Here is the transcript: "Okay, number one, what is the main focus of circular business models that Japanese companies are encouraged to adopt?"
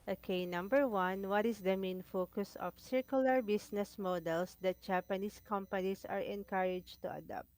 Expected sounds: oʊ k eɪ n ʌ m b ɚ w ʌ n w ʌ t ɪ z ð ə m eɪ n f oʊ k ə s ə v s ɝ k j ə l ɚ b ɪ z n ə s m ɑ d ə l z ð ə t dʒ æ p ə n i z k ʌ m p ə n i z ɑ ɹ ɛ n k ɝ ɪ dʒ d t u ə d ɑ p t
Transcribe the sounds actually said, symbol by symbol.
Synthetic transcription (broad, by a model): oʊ k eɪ n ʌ m b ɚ w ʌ n w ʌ t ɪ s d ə m eɪ n f oʊ k ə s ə f s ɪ k j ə l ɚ b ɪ s n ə s m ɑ d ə l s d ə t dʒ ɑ p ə n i s k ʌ m p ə n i s ɑ ɹ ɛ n k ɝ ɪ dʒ t u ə d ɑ p t